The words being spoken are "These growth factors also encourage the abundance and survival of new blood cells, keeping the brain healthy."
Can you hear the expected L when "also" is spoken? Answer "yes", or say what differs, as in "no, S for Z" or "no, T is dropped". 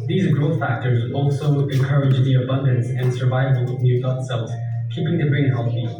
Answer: yes